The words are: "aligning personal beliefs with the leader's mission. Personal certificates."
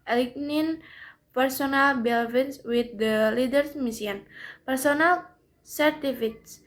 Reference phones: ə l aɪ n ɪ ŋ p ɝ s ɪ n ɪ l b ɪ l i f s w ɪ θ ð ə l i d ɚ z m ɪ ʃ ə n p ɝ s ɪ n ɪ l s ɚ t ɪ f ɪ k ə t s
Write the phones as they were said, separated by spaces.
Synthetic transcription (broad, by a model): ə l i n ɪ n p ɝ s ɪ n ɪ l b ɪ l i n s w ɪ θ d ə l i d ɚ s m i s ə n p ɝ s ɪ n ɪ l s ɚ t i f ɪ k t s